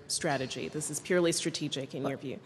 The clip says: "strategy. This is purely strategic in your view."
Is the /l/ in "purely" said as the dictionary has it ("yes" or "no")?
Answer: yes